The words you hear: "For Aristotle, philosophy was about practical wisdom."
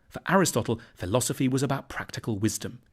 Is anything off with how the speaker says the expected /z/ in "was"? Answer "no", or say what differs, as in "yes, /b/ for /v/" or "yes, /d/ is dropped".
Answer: no